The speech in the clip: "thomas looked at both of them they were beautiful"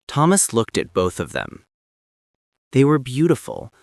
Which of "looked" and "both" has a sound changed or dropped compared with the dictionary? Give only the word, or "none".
none